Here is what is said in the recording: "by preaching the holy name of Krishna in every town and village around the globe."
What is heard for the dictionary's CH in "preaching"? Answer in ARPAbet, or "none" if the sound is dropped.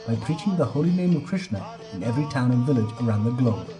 CH